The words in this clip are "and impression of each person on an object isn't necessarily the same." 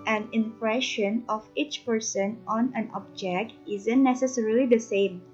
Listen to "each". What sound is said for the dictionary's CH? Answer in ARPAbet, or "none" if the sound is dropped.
CH